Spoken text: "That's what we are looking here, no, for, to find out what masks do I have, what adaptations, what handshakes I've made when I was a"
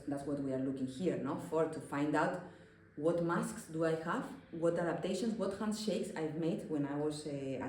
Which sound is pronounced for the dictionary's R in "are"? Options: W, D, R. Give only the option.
R